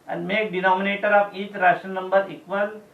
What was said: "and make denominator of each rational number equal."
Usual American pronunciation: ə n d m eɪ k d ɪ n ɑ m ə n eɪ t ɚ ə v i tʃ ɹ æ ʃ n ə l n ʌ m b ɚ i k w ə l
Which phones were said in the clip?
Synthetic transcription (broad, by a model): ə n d m eɪ k d ɪ n ɑ m ə n eɪ t ɚ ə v i tʃ ɹ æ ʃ ə n ʌ m b ɚ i k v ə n